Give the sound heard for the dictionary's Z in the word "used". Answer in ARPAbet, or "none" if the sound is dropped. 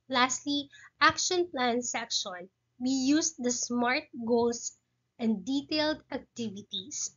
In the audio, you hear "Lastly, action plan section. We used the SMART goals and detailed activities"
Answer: S